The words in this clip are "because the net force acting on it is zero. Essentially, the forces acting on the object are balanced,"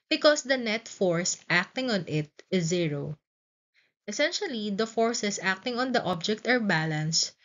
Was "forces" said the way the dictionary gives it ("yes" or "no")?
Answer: no